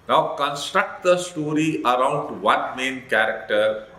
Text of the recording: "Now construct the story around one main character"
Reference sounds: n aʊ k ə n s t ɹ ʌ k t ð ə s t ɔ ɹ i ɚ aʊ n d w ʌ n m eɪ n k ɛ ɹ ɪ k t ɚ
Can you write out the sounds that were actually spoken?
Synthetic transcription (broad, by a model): n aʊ k ə n s t ɹ ʌ k t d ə s t ɔ ɹ i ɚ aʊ n d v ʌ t m eɪ n k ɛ ɹ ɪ k t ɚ